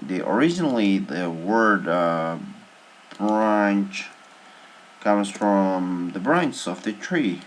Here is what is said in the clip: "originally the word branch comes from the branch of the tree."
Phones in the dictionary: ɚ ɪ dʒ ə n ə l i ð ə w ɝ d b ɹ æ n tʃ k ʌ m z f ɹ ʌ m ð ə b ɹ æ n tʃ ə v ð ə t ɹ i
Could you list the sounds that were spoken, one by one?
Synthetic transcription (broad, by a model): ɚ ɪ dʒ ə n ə l i ð ə w ɝ d b ɹ æ n tʃ k ʌ m z f ɹ ʌ m ð ə b ɹ æ n tʃ ə v ð ə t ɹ i